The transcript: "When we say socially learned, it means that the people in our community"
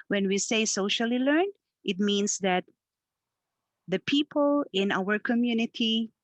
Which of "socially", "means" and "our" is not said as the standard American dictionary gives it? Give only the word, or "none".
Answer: means